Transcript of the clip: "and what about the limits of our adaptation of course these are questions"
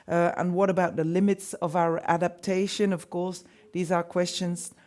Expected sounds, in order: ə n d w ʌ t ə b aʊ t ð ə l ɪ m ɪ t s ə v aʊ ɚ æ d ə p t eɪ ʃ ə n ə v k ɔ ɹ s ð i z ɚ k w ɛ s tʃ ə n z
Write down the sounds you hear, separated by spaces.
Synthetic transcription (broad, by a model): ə n w ʌ t ə b aʊ t ð ə l ɪ m ɪ t s ə v aʊ ɚ æ d ə p t eɪ ʃ ə n ə v k ɔ ɹ s ð i z ɚ k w ɛ s tʃ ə n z